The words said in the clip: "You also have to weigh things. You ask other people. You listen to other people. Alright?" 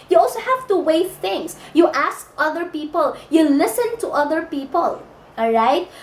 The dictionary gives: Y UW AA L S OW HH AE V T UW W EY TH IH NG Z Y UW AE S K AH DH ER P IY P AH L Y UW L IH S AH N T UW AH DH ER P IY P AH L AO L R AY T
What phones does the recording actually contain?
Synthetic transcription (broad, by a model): Y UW AA L S OW HH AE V T UW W EY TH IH NG S Y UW AE S K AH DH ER P IY P AH L Y UW L IH S AH N T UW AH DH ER P IY P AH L L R AY T